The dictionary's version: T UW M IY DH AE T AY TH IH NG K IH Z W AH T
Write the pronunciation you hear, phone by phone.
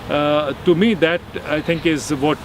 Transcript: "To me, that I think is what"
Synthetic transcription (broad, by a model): T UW M IY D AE T AY T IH NG K IH Z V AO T